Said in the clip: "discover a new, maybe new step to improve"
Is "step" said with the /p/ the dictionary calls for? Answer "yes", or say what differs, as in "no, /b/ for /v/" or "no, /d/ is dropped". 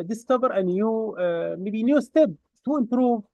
no, /b/ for /p/